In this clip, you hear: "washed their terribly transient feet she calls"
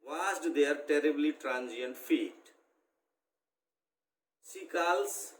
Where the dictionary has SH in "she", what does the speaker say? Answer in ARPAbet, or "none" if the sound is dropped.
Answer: S